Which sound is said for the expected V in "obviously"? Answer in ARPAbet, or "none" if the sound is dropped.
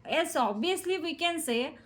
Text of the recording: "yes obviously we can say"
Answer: none